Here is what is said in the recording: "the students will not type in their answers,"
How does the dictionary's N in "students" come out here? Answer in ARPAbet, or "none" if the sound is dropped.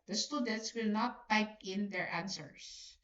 N